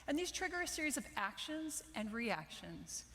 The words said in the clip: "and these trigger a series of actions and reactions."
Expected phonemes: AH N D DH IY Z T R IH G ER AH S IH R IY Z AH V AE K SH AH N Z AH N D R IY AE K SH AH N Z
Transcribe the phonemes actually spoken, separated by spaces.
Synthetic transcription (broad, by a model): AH N DH IY Z T R IH G ER AH S IH R IY Z AH V AE K SH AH N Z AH N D R IY AE K SH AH N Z